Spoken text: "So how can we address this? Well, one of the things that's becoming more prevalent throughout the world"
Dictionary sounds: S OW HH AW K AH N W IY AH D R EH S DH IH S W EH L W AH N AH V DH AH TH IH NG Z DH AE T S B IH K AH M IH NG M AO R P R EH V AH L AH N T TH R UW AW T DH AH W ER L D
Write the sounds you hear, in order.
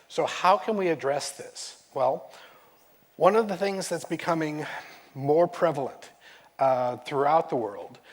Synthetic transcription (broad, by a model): S OW HH AW K AH N W IY AH D R EH S DH IH S W EH L W AH N AH V DH AH TH IH NG Z DH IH T S B IH K AH M IH NG M AO R P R EH V L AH N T TH R UW AW T DH AH W ER L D